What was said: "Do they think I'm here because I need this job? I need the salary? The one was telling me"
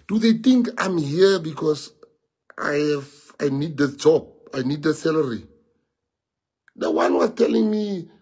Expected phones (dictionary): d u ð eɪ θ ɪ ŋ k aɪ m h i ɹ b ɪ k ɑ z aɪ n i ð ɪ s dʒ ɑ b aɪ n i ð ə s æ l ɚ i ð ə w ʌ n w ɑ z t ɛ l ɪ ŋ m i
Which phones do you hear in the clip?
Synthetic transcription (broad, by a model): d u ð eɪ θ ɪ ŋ k aɪ m h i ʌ b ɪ k ɑ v aɪ n i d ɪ dʒ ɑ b aɪ n i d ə s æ l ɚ i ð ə w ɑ n w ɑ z t ɛ l ɪ ŋ m i